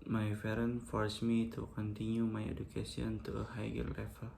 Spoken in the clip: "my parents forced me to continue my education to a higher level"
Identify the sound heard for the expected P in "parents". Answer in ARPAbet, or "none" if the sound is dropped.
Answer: F